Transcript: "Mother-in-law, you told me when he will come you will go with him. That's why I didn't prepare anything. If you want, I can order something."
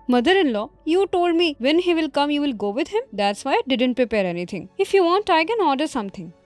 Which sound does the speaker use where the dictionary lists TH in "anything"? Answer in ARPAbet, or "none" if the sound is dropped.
T